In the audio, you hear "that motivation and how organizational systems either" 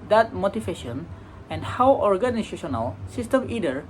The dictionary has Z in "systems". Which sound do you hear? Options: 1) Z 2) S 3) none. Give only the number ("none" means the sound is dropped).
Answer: 3